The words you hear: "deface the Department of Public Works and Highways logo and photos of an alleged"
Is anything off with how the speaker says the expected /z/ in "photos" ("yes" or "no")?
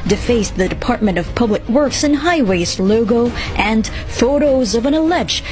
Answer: no